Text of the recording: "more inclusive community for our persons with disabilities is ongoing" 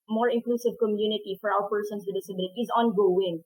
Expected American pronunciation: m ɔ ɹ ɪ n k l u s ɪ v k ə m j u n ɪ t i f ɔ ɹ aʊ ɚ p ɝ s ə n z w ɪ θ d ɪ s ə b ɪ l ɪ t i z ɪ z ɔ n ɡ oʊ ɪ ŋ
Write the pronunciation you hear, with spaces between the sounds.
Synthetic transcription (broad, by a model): m ɔ ɹ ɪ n k l u s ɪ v k ə m j u n ɪ t i f ɔ ɹ aʊ ɚ p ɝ s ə n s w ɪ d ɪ s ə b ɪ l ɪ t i ɪ z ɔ n ɡ oʊ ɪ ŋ